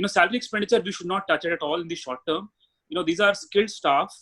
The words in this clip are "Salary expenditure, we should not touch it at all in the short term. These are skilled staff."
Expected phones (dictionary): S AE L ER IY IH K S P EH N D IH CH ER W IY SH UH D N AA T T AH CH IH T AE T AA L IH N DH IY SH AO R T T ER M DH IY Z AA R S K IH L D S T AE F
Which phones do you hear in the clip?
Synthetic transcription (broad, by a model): S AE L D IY IH K S P EH N D IH CH ER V IY SH UH D N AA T T AH CH IH T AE T AA L IH N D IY SH AO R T T ER M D IY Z AA R S K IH L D S T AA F